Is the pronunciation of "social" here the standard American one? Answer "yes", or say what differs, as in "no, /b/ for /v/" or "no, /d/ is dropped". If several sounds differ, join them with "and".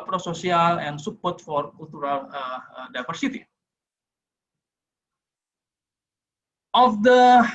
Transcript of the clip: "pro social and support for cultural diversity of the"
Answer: no, /s/ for /ʃ/